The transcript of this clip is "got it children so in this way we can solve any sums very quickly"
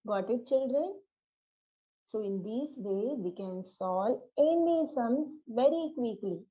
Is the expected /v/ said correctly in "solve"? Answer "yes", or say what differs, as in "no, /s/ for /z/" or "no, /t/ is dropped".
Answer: no, /v/ is dropped